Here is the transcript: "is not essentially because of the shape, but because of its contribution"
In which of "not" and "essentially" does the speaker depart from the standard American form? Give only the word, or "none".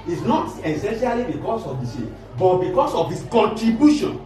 none